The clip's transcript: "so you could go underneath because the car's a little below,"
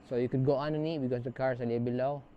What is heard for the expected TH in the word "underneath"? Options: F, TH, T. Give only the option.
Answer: T